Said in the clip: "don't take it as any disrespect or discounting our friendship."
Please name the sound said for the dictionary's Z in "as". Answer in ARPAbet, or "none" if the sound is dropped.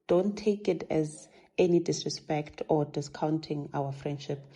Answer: Z